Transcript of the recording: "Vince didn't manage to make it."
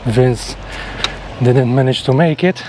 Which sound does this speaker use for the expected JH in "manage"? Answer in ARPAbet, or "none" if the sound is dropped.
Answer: SH